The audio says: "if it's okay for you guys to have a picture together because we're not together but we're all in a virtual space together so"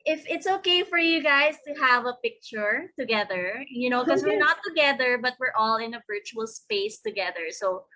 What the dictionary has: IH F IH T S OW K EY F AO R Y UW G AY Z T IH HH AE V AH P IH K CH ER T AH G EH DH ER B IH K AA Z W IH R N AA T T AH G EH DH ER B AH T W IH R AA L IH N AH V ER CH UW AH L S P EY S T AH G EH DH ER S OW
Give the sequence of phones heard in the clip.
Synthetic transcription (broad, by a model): IH F IH T S OW K EY F AO R Y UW G AY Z T IH HH AE V AH P IH K CH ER T AH G EH DH ER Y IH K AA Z W IH R N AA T T AH G EH DH ER B AH T W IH R AA L IH N AH V ER CH UW AH L S P EY S T AH G EH DH ER S OW